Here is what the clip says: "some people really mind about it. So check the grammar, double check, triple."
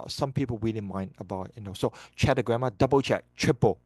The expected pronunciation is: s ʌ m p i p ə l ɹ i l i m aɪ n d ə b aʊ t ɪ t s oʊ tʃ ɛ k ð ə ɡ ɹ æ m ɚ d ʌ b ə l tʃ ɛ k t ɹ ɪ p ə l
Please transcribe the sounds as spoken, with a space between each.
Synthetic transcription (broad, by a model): s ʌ m p i p ə l w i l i m aɪ n d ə b aʊ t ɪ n s oʊ tʃ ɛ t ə ɡ ɹ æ m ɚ d ʌ b ə l tʃ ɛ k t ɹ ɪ p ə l